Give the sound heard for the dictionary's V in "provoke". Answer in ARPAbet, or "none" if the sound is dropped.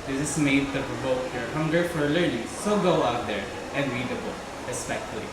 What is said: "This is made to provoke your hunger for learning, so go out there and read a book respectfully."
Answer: B